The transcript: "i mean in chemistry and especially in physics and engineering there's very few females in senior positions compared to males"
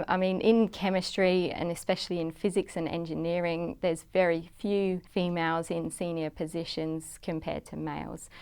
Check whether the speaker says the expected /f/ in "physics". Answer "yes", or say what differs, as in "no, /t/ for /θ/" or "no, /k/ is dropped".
yes